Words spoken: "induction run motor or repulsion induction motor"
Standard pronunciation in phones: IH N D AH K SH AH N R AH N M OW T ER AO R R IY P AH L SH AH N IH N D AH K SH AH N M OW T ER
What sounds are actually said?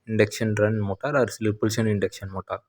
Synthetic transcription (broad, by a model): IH N D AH K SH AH N R AH N M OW T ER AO R L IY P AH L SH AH N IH N D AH K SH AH N M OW T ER